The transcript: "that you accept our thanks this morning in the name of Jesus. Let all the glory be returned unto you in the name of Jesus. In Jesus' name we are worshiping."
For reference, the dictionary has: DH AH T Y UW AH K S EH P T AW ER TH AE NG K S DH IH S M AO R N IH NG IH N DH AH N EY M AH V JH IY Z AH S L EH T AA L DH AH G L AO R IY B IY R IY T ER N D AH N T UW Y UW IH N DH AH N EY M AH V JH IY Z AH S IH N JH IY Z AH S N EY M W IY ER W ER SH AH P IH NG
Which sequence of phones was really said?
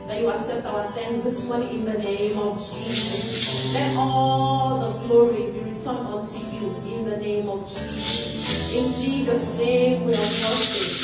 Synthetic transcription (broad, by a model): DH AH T Y UW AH S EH T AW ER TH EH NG S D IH S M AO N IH IH N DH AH N EY M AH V JH IY Z AH S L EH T AA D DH AH G L AO R IY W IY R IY T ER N AO N T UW Y UW IH N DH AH N EY M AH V JH IY Z AH S IH N JH IY Z AH S N EY M W IY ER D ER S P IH